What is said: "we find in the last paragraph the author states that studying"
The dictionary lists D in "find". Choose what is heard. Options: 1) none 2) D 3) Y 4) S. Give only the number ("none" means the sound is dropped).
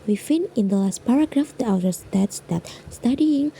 1